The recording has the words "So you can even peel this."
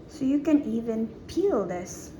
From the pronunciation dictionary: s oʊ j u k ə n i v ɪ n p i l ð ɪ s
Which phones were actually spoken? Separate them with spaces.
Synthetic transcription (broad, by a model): s oʊ j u k ə n i v ɪ n p i l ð ɪ s